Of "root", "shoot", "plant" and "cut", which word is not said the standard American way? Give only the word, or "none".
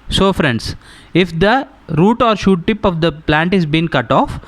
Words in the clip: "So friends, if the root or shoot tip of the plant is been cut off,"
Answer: none